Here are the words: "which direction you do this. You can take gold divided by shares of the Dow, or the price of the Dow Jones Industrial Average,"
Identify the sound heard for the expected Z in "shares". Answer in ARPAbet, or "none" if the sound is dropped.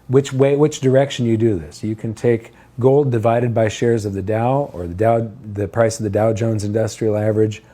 Z